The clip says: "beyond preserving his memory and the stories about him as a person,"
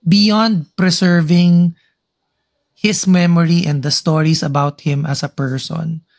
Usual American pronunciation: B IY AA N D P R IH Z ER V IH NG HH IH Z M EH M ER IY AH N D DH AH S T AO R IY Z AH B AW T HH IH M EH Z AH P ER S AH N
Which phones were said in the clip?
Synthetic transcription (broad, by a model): B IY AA N D P R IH S ER V IH NG HH IH S M EH M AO IY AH N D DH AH S T AO R IY S AH B AW T HH IH M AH S AH P ER S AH N